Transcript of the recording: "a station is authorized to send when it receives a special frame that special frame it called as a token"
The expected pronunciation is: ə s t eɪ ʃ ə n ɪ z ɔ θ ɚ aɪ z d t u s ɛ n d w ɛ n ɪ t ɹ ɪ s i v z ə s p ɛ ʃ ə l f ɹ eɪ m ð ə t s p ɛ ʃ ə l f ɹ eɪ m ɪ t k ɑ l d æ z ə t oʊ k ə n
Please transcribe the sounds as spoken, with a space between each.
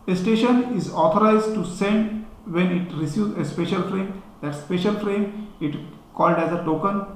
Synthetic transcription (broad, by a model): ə s t eɪ ʃ ə n ɪ z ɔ t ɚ aɪ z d t u s ɛ n d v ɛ n ɪ t ɹ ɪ s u z ə s p ɛ ʃ ə l f ɹ eɪ m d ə t s p ɛ ʃ ə l f ɹ eɪ m ɪ t k ɑ l d æ z ə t oʊ k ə n